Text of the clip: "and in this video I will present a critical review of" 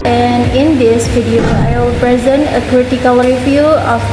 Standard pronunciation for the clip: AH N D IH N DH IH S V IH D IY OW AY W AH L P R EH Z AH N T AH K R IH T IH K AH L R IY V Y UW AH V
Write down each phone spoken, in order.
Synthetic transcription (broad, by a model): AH N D IH N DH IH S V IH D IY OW AY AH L P R EH Z AH N T AH K R IH T IH K AH L R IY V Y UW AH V